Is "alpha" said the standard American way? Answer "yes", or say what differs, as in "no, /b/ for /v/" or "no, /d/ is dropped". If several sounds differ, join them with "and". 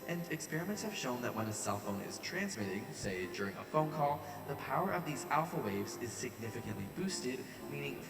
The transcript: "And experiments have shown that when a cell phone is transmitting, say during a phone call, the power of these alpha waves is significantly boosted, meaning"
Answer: yes